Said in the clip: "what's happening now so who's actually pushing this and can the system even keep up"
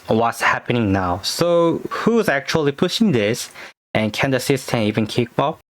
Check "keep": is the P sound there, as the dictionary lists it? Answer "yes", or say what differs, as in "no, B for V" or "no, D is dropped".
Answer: no, B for P